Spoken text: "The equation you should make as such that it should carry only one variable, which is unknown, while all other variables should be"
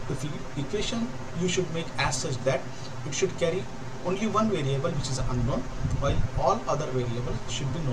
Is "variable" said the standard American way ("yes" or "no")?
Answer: yes